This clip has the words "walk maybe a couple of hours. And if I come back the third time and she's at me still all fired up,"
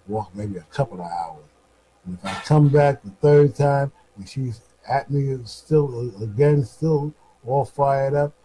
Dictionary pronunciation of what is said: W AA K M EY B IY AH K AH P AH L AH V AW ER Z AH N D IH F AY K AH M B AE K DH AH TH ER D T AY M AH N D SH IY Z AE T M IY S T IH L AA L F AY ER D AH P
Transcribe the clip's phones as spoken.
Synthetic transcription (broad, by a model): W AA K M EY B IY AH K AH P L AH V AW ER Z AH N IH F AY K AH M B AE K DH AH TH ER D T AY M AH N SH IY Z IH T M IY S T IH L AA L F AY ER D AH P